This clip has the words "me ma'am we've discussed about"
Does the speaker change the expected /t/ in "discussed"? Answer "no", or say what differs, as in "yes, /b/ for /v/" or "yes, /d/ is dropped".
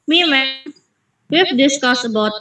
yes, /t/ is dropped